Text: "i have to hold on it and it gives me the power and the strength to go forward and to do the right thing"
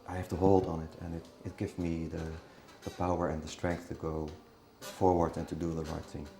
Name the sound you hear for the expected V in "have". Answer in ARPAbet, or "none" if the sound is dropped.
F